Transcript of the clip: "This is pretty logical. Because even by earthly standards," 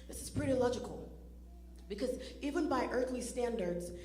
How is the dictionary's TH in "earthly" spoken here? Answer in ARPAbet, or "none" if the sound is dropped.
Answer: TH